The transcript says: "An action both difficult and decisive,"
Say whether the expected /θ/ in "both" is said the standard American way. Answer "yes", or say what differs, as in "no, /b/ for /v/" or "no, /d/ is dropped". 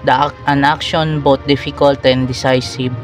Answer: no, /t/ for /θ/